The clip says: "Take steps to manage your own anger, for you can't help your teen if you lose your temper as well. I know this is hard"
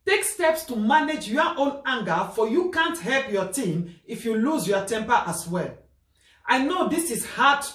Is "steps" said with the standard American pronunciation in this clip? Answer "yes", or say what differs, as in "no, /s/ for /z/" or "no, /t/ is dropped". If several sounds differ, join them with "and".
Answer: yes